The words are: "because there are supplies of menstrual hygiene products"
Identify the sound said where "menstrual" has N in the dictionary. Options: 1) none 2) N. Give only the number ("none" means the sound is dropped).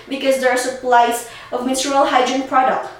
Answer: 1